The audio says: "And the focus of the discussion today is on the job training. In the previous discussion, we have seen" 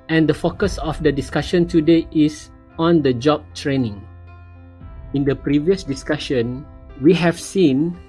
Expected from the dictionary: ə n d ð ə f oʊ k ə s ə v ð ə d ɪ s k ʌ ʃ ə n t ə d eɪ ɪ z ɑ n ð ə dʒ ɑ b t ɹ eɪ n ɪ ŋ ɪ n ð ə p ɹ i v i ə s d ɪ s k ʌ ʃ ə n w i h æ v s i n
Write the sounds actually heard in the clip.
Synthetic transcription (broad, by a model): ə n d ə f oʊ k ə s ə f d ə d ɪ s k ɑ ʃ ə n t ə d eɪ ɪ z ɑ n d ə dʒ ɑ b t ɹ eɪ n ɪ ŋ ɪ n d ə p ɹ i v i ə s d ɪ s k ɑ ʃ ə n w i h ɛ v s i n